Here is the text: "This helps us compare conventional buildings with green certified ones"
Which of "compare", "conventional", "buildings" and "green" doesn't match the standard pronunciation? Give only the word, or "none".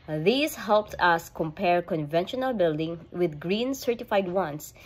buildings